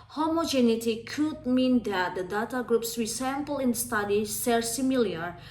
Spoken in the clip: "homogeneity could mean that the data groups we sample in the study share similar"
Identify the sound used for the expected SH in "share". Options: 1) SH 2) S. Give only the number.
2